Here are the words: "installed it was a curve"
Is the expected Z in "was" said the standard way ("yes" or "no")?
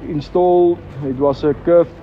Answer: no